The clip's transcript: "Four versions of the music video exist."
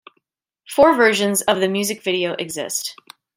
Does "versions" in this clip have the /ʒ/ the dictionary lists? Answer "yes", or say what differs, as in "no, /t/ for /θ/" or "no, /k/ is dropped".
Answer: yes